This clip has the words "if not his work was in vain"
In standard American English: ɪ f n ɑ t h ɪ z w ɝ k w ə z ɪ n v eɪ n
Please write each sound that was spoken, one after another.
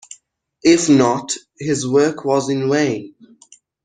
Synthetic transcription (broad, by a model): ɪ f n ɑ t h ɪ z w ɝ k w ə z ɪ n w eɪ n